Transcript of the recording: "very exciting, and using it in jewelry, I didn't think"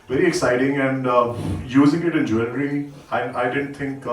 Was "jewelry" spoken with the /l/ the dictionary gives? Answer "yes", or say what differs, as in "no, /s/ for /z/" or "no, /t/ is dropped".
no, /n/ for /l/